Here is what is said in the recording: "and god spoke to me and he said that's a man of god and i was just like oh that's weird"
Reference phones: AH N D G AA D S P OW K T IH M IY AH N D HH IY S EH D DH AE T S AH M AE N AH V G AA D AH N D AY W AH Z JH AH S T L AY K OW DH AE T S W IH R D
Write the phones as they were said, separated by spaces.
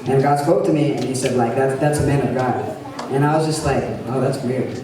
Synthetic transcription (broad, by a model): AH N G AA D S P OW K T IH M IY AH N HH IY S EH D DH AE T S AH M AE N AH V G AA D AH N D AY W AH Z JH AH S T L AY K OW DH AE T S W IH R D